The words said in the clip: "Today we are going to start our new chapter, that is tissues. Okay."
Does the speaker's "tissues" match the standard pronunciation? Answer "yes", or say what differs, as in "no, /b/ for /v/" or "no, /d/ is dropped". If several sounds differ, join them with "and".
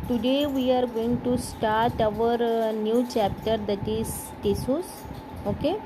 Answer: no, /s/ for /ʃ/